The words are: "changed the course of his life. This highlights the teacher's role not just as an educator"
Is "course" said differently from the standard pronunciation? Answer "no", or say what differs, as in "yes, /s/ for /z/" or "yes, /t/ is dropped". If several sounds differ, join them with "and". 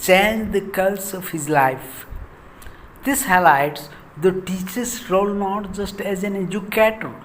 yes, /l/ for /ɹ/